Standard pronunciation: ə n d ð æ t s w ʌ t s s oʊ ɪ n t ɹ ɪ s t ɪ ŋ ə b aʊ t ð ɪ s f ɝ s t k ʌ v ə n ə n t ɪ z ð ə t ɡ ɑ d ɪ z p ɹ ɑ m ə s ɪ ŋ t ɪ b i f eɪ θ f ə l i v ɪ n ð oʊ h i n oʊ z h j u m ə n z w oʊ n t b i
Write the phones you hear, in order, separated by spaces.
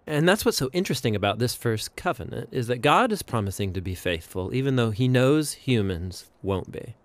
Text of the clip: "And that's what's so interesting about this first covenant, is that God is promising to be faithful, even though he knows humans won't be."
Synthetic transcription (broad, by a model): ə n ð æ t s w ʌ t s s oʊ ɪ n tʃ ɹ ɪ s t ɪ ŋ ə b aʊ t ð ɪ s f ɝ s k ʌ v ə n ə n t ɪ z ð ə t ɡ ɑ d ɪ z p ɹ ɑ m ə s ɪ ŋ t ɪ b i f eɪ θ f ə l i v ɪ n ð oʊ i n oʊ z h j u m ə n z w oʊ n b i